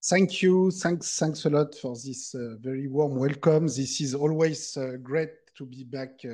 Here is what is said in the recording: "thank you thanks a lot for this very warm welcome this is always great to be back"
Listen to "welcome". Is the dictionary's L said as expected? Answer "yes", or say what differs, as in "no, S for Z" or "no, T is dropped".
yes